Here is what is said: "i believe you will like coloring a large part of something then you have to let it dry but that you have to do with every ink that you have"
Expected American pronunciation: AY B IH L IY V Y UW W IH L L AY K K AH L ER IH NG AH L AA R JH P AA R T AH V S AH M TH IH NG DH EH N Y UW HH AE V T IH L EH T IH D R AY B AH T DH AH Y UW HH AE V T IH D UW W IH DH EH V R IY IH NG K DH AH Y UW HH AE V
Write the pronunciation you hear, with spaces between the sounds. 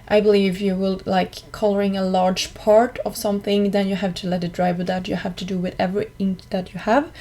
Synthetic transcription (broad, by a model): AY B IH L IY V Y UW W IH L L AY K K AH L ER IH NG AH L AA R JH P AA R T AH V S AH M TH IH NG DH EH N Y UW HH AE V T IH L EH T IH D R AY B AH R DH AH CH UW HH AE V T IH D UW W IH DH EH V R IY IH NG DH AH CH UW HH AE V